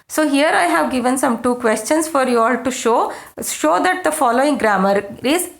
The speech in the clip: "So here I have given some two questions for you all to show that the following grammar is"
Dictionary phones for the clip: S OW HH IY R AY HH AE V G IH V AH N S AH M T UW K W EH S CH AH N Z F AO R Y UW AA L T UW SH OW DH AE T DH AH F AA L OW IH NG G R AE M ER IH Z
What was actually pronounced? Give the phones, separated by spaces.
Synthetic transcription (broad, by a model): S OW HH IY R AY HH AE V G IH V AH N S AH M T UW K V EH S CH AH N S F AO R Y UW AA L T UW SH OW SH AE T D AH F AA L OW IH NG G R AE M ER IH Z